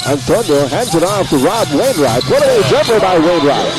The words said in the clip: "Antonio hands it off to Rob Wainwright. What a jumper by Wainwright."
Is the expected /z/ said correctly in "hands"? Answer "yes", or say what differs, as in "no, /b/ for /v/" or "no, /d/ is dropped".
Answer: no, /s/ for /z/